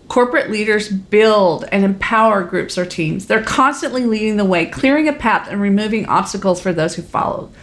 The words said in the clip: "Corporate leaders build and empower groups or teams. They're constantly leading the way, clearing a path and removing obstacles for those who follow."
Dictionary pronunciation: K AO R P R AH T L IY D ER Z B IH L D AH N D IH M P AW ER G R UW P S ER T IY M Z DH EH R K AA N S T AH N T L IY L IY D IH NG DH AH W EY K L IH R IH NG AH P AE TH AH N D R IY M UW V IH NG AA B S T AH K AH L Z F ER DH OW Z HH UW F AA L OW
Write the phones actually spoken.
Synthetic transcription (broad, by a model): K AO R P R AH T L IY D ER Z B IH L D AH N IH M P AW ER G R UW P S ER T IY M Z DH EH R K AA N S T AH N T L IY L IY D IH NG DH AH W EY K L IH R IH NG AH P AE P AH N R IY M UW V IH NG AA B S T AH K L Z F ER DH OW Z HH UW F AA L OW